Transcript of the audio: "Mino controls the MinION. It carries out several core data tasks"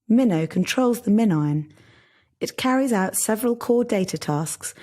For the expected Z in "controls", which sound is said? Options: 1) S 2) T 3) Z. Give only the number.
3